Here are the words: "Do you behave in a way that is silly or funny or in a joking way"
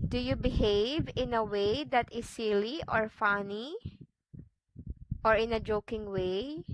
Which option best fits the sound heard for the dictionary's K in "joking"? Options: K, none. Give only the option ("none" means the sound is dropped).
K